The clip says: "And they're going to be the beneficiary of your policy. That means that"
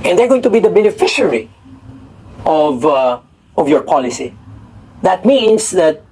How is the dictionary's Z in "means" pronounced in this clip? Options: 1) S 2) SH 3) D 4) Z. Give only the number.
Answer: 1